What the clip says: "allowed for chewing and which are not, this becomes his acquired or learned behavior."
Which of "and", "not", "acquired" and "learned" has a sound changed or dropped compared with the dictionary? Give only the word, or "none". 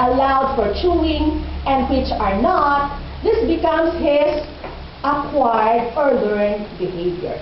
learned